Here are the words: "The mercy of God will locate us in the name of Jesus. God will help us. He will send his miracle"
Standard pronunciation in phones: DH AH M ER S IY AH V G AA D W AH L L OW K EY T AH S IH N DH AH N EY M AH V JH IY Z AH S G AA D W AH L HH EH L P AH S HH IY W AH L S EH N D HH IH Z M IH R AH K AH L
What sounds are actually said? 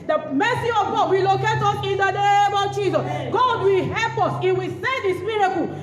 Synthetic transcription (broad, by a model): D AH M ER S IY AH V G AA D W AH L L OW K EY T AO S IH N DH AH N EY M AH V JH IY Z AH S G AA D W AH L HH EH L P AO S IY W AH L S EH D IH S M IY R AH K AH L